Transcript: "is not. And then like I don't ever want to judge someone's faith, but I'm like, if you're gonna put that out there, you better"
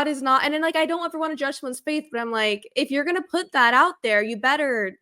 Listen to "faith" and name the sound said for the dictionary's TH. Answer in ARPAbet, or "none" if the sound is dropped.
TH